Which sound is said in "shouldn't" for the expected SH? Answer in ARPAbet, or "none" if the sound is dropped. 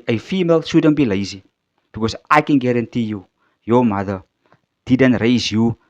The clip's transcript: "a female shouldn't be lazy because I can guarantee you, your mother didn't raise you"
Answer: S